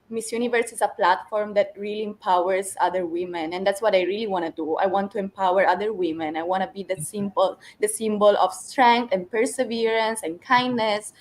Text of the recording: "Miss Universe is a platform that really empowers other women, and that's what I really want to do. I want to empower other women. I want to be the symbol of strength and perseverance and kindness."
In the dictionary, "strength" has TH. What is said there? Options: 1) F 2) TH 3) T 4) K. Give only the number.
3